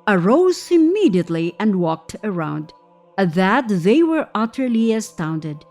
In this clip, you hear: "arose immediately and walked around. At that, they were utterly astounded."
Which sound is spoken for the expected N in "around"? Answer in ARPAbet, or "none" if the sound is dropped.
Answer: N